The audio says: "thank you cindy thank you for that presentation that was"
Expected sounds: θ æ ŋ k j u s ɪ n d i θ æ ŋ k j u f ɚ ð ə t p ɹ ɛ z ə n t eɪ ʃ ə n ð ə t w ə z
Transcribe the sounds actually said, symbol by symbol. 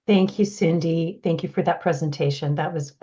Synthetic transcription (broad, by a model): θ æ ŋ k j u s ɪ n d i θ æ ŋ k j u f ɚ ð ə t p ɹ ɛ z ə n t eɪ ʃ ə n ð ə t w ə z